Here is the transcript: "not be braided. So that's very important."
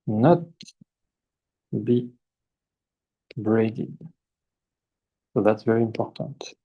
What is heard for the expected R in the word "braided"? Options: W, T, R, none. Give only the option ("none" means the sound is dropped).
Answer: R